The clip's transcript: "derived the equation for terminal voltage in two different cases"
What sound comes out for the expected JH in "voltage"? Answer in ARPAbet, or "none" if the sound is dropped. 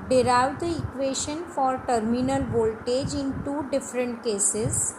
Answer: JH